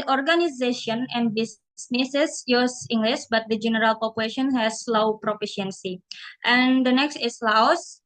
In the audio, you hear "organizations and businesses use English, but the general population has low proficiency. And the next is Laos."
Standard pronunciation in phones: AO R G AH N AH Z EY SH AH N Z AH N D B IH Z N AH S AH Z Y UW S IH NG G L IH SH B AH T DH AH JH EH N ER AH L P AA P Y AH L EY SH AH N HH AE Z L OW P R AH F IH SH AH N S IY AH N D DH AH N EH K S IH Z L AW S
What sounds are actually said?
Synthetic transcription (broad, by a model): AO R G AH N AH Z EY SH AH N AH N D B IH S N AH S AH S Y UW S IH NG G L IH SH B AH T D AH JH EH N ER AH L P AA P Y AH L EY SH AH N HH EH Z L OW P R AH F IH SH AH N S IY AH N D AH N EH K S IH S L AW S